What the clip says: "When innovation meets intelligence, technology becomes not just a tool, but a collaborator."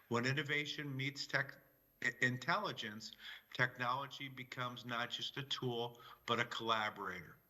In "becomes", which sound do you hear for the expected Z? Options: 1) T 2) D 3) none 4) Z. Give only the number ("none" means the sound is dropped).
4